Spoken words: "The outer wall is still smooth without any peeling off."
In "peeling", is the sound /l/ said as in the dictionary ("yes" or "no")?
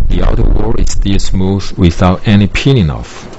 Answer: no